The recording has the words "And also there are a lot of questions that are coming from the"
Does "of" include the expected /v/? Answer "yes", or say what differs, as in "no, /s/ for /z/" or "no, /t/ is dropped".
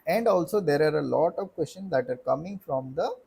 yes